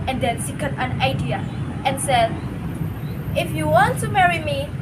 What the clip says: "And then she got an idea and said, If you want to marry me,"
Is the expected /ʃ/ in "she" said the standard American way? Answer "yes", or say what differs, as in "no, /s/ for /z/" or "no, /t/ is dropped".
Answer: no, /s/ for /ʃ/